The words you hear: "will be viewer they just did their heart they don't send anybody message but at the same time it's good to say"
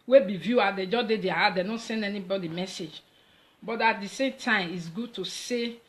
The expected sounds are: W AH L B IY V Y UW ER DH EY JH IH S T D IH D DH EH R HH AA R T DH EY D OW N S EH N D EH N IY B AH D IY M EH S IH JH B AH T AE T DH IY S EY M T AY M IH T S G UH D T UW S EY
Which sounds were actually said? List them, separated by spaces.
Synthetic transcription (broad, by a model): W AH B IY V Y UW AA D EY JH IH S D IH D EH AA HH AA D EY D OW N S EH N D EH N IY B AH D IY M EH S IH JH B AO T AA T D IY S EY M T AY M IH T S G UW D T UW S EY